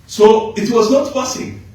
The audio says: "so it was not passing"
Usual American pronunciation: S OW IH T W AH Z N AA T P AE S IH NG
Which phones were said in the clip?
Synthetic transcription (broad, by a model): S OW IH T W AH Z N AA T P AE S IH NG